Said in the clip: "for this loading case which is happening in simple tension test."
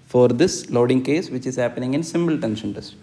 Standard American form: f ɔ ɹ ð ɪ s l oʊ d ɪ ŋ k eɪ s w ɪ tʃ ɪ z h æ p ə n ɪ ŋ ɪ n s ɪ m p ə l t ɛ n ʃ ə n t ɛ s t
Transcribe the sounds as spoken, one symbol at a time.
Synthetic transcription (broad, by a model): f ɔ ɹ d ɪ s l oʊ d ɪ ŋ k eɪ s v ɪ tʃ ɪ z h æ p ə n ɪ ŋ ɪ n s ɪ m b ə l t ɛ n ʃ ə n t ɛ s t